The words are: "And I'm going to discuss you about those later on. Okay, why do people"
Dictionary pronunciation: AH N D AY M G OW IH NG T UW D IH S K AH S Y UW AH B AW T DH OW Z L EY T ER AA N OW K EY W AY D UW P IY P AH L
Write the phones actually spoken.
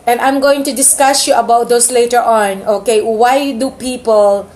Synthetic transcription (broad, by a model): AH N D AY M G OW IH NG T UW D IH S K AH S Y UW AH B AW T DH OW S L EY T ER AA N OW K EY W AY D UW P IY P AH L